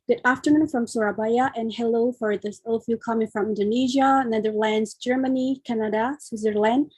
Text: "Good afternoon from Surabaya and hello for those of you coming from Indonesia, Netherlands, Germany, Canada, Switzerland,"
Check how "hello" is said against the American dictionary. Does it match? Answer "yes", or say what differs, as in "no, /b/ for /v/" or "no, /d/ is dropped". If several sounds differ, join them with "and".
yes